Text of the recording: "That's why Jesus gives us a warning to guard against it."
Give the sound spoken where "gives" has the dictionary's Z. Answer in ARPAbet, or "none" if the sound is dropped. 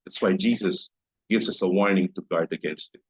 Z